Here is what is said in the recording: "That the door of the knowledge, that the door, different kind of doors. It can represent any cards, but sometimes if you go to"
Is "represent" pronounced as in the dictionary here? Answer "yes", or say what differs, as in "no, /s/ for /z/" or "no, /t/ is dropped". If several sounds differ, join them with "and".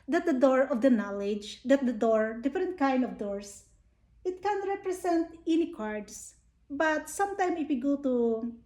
no, /s/ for /z/